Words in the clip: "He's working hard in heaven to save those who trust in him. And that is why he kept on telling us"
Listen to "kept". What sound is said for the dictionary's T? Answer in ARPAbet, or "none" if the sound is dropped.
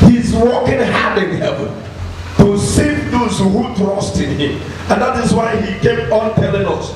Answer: none